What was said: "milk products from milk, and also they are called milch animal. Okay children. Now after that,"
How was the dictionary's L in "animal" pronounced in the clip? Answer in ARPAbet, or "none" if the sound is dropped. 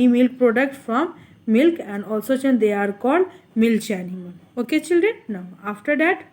N